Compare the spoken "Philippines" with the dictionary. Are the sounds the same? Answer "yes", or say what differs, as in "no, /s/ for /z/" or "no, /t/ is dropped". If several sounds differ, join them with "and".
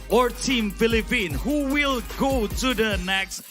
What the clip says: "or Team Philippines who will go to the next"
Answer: no, /z/ is dropped